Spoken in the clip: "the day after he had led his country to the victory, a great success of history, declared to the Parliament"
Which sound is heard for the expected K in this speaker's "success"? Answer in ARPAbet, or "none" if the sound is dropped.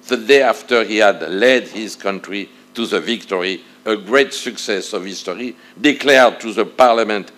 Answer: K